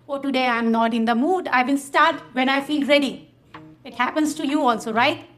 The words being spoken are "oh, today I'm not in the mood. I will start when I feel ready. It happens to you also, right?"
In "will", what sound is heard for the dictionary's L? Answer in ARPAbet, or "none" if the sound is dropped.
N